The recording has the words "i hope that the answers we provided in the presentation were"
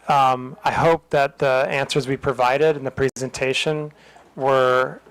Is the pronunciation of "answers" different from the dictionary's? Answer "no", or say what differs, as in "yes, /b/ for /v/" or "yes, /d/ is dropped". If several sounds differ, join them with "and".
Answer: no